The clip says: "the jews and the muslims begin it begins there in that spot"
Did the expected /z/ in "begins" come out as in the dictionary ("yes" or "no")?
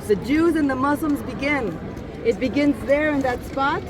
yes